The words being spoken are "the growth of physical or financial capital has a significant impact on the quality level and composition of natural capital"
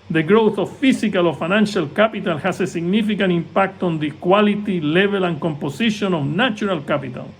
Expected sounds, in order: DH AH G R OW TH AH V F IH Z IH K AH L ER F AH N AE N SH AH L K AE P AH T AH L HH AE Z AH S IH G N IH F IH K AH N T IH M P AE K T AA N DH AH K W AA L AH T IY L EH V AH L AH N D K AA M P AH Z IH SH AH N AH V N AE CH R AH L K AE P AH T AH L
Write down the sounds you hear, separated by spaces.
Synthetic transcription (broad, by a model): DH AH G R OW TH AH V F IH S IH K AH L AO F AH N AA N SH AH L K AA P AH T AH L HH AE S AH S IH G N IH F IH K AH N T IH M P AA K T AA N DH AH K W AA L AH T IY L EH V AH L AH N K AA M P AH S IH SH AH N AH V N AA CH R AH L K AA P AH T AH L